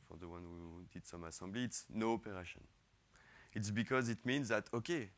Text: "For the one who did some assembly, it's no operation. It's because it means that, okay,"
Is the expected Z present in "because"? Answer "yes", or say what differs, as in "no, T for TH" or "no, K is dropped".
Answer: yes